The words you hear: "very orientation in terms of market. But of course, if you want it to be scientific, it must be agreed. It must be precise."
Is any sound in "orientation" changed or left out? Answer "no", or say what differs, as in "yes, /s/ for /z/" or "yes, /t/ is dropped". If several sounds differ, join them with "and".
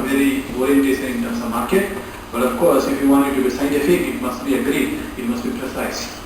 yes, /s/ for /ʃ/ and /n/ is dropped